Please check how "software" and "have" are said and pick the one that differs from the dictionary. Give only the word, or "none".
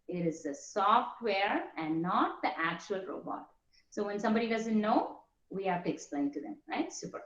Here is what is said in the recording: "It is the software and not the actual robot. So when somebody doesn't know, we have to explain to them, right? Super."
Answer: have